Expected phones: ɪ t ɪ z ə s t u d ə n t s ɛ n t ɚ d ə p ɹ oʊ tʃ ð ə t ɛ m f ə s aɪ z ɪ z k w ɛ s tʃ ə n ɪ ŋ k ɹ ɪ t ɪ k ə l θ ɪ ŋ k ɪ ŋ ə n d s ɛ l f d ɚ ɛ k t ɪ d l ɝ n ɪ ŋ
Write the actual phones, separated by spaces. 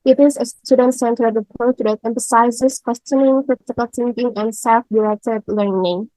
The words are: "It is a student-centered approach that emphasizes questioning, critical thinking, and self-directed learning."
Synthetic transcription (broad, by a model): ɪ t ɪ z ə s t u d ə n t s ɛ n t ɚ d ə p oʊ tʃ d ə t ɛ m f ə s aɪ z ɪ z k w ɛ s tʃ ə n ɪ ŋ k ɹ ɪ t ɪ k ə l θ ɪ ŋ k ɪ ŋ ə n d s ɛ l f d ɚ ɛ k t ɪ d l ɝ n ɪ ŋ